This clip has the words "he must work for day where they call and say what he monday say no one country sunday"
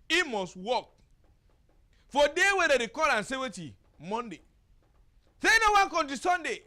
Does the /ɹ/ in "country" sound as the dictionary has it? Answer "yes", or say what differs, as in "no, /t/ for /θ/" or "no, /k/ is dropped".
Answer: no, /ɹ/ is dropped